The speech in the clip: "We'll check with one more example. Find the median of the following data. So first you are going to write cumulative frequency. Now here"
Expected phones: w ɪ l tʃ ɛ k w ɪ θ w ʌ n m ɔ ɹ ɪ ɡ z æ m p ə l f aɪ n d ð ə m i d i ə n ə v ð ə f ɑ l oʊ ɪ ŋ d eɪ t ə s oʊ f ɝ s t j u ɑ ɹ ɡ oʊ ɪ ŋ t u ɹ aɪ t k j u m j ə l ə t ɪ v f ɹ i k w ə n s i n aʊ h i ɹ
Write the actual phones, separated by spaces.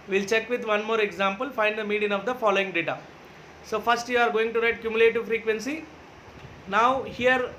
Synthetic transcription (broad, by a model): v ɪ l tʃ ɛ k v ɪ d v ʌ n m ɔ ɹ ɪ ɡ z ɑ m p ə l f aɪ n d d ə m i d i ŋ ə v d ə f ɑ l oʊ ɪ ŋ d eɪ t ə s oʊ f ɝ s t j u ɑ ɹ ɡ oʊ ɪ ŋ t u ɹ aɪ t k j u m j ə l ə t ɪ v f ɹ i k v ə n s i n aʊ h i ɹ